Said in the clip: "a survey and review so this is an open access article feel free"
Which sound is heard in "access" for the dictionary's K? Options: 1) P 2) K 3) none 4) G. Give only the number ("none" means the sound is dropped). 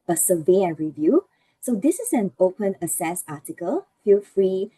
3